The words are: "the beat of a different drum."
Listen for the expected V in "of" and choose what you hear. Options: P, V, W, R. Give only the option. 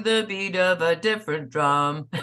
V